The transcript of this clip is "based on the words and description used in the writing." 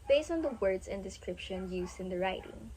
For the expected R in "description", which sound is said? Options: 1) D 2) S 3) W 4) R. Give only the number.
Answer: 4